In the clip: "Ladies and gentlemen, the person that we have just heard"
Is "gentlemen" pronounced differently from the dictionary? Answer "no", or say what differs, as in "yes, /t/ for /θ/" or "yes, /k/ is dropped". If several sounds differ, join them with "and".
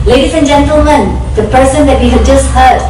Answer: no